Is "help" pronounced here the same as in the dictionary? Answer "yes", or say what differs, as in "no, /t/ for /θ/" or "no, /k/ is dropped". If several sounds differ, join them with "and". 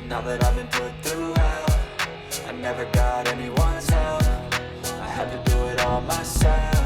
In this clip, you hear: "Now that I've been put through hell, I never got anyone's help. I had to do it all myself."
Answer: no, /f/ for /p/